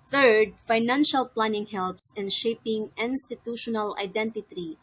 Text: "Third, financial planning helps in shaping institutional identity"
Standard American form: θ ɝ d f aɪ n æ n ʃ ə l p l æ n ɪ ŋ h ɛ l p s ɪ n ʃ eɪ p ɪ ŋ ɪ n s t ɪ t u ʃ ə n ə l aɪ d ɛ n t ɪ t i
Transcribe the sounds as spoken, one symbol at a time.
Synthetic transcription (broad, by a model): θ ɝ d f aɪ n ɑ n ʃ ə l p l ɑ n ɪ ŋ h ɛ l p s ɪ n ʃ eɪ p ɪ ŋ ɪ n s t ɪ t u ʃ ə n ə l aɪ d ɛ n t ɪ t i